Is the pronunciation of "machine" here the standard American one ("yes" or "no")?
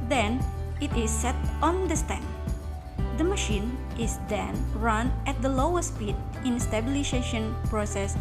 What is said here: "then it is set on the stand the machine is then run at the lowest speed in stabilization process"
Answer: yes